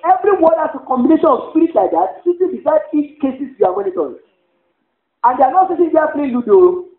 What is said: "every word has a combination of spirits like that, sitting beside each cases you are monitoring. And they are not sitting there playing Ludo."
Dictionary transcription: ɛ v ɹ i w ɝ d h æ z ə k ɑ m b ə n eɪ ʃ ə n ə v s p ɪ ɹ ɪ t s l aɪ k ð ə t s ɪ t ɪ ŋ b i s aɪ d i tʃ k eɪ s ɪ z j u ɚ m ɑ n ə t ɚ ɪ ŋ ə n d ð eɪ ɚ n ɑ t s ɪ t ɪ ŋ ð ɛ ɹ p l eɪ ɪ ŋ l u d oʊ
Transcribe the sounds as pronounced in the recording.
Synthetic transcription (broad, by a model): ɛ v ɹ i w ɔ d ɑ s ə k ɑ m b ə n eɪ ʃ ə n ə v s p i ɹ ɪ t l aɪ k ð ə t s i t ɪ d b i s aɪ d i tʃ k eɪ s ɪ s j u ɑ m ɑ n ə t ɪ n ə n d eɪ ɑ n ɑ t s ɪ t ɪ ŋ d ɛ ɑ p l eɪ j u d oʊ